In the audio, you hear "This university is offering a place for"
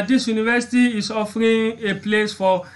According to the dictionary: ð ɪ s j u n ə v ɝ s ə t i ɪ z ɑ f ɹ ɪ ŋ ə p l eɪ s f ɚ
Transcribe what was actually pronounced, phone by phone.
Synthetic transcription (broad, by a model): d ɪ s j u n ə v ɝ s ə t i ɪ s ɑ f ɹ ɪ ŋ ə p l eɪ s f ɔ